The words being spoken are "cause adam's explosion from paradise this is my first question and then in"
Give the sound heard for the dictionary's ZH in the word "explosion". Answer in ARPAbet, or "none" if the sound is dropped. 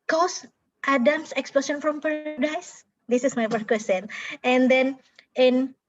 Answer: S